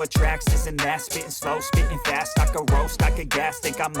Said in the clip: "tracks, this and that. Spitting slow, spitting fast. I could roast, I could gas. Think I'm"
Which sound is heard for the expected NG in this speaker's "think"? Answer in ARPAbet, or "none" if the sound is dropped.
none